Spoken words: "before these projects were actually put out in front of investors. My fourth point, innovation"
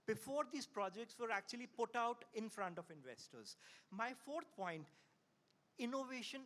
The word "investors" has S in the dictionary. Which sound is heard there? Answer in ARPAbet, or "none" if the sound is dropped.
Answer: S